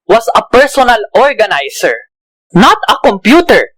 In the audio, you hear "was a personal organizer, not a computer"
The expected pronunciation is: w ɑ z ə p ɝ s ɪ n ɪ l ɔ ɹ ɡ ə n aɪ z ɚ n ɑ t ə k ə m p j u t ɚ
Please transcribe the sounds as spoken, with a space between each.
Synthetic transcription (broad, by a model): w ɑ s ə p ɝ s ɪ n ɪ l ɔ ɹ ɡ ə n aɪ s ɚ n ɑ t ə k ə m p j u t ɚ